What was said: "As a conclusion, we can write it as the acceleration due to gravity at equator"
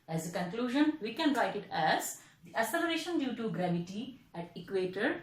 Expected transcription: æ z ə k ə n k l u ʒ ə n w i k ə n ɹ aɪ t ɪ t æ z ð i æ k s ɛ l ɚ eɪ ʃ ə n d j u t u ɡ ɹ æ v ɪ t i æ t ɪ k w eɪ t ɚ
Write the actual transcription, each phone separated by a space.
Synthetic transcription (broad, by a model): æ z ə k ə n k l u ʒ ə n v i k ə n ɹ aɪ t ɪ t æ z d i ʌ s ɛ l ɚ eɪ ʃ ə n d j u t u ɡ ɹ æ v ɪ t i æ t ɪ k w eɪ t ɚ